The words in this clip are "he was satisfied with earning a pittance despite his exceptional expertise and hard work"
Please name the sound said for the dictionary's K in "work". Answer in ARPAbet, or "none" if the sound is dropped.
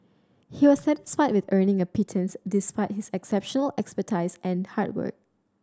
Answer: K